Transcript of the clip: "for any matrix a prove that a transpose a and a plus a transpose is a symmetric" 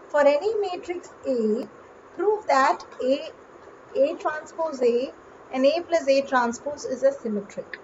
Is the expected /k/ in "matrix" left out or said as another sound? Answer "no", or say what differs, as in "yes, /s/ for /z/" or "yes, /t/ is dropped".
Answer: no